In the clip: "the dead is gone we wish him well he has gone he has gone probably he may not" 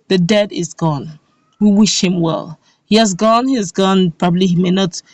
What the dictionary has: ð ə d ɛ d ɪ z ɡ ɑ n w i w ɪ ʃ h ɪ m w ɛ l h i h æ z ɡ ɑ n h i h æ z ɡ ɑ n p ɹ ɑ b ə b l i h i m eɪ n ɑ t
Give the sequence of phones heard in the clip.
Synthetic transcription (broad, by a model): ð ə d ɛ d ɪ z ɡ ɑ n w i w ɪ ʃ h ɪ m w ɛ l h i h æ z ɡ ɑ n h i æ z ɡ ɑ n p ɹ ɑ b ə b l i h i m eɪ n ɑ t